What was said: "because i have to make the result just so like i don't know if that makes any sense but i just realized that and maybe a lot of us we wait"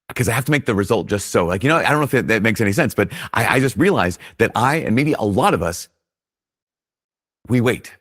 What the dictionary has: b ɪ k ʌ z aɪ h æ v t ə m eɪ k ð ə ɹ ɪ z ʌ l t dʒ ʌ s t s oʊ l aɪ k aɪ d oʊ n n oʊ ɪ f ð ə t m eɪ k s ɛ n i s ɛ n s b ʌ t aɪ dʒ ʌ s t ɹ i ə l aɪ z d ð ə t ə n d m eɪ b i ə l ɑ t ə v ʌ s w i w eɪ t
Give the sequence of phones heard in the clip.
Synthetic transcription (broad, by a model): k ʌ z aɪ h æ f t ə m eɪ k ð ə ɹ ɪ z ʌ l t dʒ ʌ s t s oʊ l aɪ k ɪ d oʊ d n oʊ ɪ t ð ə t m eɪ k s ɛ n i s ɛ n s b ʌ t aɪ dʒ ʌ s t ɹ i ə l aɪ z ð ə t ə n m eɪ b i ə l ɑ t ə v ʌ s w i w eɪ t